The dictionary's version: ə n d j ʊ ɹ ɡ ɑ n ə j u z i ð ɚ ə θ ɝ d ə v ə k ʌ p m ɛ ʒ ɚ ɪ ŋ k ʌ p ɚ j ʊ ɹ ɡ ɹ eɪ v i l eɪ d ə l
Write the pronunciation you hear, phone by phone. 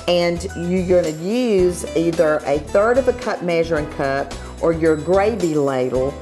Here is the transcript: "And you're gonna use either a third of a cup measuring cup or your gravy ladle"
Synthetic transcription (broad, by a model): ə n j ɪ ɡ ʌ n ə j u z i ð ɚ ə θ ɝ d ə v ə k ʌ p m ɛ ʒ ɚ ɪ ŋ k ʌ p ɚ j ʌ ɹ ɡ ɹ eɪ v i l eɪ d l